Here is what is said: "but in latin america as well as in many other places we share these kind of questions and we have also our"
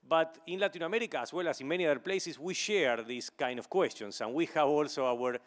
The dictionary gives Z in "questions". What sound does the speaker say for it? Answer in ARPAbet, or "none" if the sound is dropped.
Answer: S